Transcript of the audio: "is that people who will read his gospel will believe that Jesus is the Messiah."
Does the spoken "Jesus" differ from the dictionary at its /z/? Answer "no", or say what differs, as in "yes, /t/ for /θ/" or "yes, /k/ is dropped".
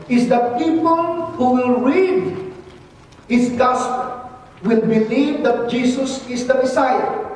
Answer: yes, /s/ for /z/